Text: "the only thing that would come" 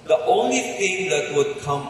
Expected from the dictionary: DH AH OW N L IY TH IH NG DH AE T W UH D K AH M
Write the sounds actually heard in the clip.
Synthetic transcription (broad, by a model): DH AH OW N L IY T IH NG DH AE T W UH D K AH M